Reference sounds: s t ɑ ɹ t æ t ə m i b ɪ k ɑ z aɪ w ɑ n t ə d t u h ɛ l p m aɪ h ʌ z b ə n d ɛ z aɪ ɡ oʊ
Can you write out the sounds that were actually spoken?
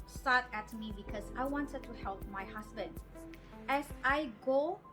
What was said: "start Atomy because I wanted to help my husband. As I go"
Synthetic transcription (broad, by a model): s t ɑ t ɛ t m i b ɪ k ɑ s aɪ w ɑ n t ə d t u h ɛ l p m aɪ h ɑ s b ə n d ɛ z aɪ ɡ oʊ